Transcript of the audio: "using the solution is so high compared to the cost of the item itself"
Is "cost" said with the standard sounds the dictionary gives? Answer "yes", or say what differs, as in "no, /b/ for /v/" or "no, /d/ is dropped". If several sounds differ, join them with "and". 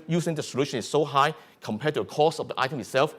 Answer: no, /t/ is dropped